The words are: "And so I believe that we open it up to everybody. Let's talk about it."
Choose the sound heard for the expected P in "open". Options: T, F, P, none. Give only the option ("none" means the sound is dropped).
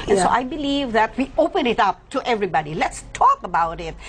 P